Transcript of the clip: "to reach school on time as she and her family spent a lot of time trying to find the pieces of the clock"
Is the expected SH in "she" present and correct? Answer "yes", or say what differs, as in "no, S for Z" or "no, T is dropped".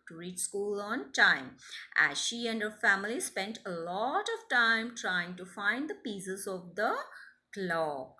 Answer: yes